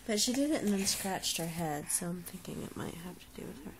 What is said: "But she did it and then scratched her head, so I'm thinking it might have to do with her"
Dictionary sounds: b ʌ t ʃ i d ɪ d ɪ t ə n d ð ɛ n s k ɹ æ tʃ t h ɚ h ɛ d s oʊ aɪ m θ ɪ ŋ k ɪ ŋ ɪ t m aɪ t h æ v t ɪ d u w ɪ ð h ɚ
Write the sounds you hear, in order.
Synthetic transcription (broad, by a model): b ʌ t ʃ i d ɪ d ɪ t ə n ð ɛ n s k ɹ æ tʃ t h ɚ h ɛ d s oʊ aɪ m θ ɪ ŋ k ɪ ŋ ɪ t m aɪ t h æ f t ɪ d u w ɪ ð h ɚ